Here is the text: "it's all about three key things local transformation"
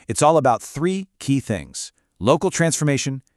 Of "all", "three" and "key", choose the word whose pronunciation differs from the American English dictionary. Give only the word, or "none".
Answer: none